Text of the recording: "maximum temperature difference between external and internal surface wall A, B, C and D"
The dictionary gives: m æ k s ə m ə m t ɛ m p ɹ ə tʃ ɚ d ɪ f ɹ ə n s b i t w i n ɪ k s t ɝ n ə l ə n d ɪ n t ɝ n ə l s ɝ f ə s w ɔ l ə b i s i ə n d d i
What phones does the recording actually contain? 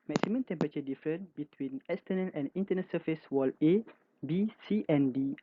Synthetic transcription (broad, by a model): m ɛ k s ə m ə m t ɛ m p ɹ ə tʃ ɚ d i f ɹ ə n b i t w i n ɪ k s t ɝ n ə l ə n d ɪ n t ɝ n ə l s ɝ f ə s w ɔ l ə b i s i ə n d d i